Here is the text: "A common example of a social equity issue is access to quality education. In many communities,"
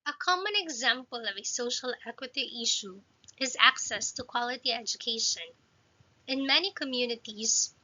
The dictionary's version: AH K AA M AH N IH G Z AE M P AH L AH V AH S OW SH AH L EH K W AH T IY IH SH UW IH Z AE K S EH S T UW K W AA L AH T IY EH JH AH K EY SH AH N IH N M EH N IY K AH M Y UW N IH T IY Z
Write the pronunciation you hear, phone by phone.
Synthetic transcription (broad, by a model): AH K AA M AH N IH G Z AE M P AH L AH V AH S OW SH AH L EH K W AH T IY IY SH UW IH Z AE K S EH S T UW K W AA L AH T IY EH JH AH K EY SH AH N IH N M EH N IY K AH M Y UW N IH T IY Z